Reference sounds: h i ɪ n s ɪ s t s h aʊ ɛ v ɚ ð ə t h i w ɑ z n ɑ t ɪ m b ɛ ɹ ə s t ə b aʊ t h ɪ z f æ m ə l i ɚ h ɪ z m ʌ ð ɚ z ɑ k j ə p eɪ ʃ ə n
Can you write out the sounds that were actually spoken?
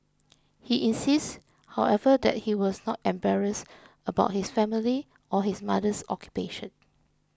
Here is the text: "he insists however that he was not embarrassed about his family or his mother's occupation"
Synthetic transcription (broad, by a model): h i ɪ n s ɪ s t h aʊ ɛ v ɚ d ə t h i w ɑ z n ɑ t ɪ m b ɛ ɹ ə s ə b aʊ t h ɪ s f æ m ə l i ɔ h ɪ s m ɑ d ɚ s ɑ k j ə p eɪ ʃ ə n